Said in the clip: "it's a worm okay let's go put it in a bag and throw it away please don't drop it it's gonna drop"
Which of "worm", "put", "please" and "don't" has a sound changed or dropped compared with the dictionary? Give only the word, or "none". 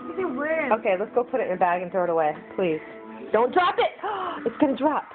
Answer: worm